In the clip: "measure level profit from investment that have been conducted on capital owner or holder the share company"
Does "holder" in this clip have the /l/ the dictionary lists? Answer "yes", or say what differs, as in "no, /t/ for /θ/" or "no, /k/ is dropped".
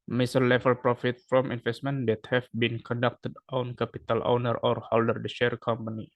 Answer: yes